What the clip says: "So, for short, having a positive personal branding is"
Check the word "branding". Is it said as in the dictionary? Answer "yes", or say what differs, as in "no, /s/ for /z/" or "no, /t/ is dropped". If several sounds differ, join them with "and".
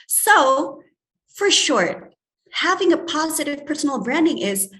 yes